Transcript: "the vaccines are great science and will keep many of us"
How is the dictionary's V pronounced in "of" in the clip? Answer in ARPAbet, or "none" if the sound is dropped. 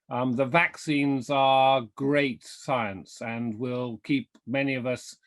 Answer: V